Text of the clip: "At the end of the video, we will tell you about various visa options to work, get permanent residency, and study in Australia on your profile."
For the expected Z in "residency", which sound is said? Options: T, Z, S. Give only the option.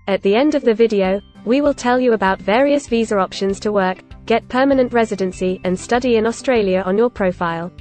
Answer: Z